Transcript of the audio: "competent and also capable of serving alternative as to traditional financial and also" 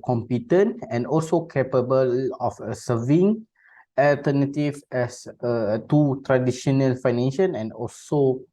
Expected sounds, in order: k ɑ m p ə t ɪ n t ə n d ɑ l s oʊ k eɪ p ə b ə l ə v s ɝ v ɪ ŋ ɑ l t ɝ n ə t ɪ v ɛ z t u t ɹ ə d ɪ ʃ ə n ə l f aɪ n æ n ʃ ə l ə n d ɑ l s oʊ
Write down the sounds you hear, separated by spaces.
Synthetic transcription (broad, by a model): k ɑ m p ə t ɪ n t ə n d ɑ l s oʊ k eɪ p ə b ə l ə f s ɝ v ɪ ŋ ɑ l t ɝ n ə t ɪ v ɛ s t u t ɹ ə d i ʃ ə n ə l f aɪ n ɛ n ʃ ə n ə n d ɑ l s oʊ